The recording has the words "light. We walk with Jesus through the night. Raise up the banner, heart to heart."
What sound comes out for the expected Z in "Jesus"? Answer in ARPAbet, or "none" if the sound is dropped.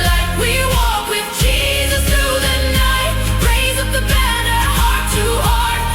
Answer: Z